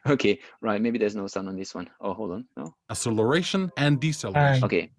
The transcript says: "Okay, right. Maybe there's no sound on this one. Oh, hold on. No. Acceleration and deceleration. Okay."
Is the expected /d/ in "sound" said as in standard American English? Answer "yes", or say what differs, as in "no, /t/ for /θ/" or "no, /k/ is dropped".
no, /d/ is dropped